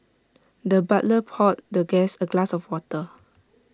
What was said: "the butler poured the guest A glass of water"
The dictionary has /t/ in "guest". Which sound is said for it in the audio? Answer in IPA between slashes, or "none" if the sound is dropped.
none